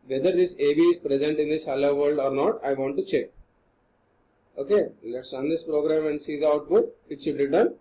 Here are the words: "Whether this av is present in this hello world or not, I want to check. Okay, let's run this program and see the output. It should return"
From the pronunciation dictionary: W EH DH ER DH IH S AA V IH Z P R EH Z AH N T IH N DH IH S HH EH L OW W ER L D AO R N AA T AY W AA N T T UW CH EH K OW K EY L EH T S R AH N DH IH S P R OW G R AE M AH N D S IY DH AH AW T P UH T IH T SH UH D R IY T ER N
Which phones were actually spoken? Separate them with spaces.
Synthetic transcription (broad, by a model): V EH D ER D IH S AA B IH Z P R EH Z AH N T IH N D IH S HH EH L OW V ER L D AO R N AA T AY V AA N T T UW CH EH K OW K EY L EH T S R AH N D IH S P R OW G R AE M AH N D S IY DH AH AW T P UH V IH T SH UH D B IY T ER N